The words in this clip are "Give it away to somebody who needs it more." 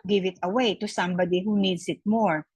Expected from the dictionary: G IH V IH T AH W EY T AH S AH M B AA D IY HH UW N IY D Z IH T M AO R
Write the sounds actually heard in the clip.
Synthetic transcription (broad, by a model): G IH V IH T AH W EY T AH S AH M B AA D IY HH UW N IY D S IH T M AO R